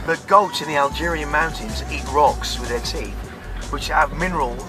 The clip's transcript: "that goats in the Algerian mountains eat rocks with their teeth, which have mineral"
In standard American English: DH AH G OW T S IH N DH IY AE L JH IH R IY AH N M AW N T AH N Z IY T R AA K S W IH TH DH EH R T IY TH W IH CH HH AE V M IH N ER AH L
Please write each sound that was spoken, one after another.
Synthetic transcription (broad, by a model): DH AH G OW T IH N DH IY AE L JH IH R IY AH N M AW N T AH N Z IY T R AA K S W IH DH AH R T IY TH W IH CH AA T M IH N ER AH L